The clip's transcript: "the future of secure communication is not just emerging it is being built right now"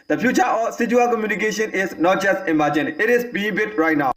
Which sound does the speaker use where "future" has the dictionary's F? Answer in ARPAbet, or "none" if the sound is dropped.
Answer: P